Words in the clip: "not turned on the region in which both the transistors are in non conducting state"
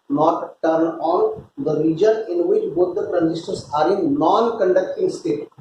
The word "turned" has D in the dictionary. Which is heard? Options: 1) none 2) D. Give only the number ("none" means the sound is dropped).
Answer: 1